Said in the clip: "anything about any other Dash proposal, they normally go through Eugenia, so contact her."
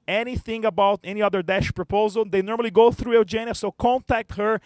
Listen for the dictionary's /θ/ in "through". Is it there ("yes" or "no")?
yes